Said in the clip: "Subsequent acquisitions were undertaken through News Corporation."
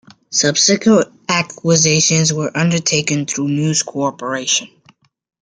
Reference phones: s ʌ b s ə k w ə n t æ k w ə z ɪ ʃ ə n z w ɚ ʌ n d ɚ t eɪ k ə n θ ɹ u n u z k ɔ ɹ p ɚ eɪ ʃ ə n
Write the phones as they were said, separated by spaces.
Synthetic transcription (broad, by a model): s ʌ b s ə k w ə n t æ k w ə z ɪ ʃ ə n z w ɚ ʌ n d ɚ t eɪ k ə n θ ɹ u n u z k ɔ ɹ p ɚ eɪ ʃ ə n